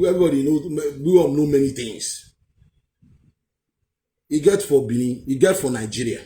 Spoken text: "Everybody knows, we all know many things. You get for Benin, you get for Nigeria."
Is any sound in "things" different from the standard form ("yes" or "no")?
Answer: yes